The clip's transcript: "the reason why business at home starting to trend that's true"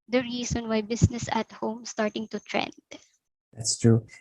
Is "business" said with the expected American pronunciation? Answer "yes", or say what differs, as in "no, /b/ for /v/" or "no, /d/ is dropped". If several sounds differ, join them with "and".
no, /s/ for /z/